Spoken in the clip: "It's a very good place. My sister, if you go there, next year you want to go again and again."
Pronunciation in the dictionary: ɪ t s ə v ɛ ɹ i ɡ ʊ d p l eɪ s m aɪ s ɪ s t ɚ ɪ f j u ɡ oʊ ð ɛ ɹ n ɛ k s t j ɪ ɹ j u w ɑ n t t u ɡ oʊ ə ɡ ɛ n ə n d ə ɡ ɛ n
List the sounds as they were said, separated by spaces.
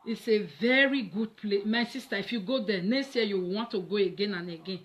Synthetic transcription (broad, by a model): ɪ t s ə v ɛ ɹ i ɡ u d p l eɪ m aɪ s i s t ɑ ɪ f j u ɡ oʊ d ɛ n ɛ k s t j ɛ j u w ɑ n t t u ɡ oʊ ə ɡ ɛ n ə n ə ɡ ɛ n